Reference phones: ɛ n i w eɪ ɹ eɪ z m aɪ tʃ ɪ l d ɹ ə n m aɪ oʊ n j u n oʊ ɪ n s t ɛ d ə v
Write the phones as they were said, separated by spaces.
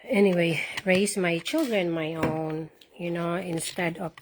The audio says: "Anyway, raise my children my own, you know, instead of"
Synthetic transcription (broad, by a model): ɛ n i w eɪ ɹ eɪ s m aɪ tʃ ɪ l d ɹ ə n m aɪ oʊ n j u n oʊ ɪ n s t ɛ d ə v